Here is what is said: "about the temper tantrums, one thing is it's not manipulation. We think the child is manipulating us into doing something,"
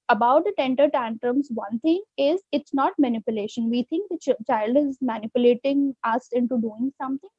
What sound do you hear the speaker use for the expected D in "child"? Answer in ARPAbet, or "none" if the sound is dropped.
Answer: D